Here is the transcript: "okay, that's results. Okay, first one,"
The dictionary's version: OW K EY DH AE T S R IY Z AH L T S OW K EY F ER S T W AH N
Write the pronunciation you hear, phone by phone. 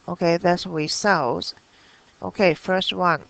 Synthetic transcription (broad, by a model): OW K EY DH AE T S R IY S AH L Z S OW K EY F ER S T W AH N